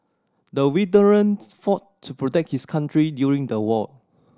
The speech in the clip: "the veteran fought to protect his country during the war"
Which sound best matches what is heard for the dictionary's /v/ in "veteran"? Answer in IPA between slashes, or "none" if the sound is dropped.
/w/